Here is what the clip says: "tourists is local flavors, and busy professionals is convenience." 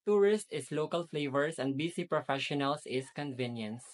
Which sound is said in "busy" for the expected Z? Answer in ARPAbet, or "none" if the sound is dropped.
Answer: S